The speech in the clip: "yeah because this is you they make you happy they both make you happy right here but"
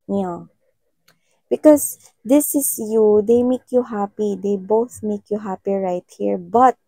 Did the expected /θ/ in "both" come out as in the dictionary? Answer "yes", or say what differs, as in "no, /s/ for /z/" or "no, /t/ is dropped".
yes